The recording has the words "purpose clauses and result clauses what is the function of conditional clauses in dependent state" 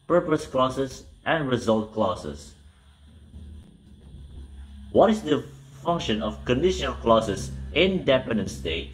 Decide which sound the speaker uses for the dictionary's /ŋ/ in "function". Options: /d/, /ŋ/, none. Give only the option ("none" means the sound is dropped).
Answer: /ŋ/